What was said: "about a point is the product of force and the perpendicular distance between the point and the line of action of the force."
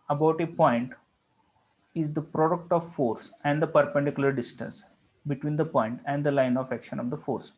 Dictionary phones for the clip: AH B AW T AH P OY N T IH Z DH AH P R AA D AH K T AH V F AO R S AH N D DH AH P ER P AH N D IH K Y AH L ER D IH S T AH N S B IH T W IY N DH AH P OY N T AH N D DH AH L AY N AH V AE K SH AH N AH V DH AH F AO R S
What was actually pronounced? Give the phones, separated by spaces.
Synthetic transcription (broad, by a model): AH B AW T AH P OY N T IH Z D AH P R AA D AH K T AH V F AO R S AH N D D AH P ER P AH N D IH K Y AH L ER D IH S T AH N S B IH T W IY N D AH P OY N T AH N D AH L AY N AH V AE K SH AH N AH V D AH F AO R S